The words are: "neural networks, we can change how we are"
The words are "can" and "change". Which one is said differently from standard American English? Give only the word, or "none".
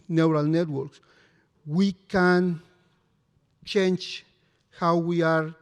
change